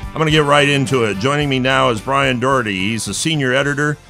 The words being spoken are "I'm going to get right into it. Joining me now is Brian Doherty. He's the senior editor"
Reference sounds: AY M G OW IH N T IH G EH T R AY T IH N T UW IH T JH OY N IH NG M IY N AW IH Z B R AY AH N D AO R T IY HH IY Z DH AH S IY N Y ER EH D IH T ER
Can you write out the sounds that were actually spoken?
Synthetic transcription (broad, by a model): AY M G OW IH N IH G EH T R AY T IH N T UW IH T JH OY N IH NG M IY N AW IH Z B R AY AH N D AO R T IY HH IY Z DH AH S IY N Y ER EH D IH T ER